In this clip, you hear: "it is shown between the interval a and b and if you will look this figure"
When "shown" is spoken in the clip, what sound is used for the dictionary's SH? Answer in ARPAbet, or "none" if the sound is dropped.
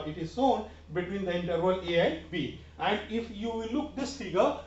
S